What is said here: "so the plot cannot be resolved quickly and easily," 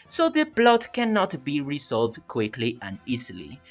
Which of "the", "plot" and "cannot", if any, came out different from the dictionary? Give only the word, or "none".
plot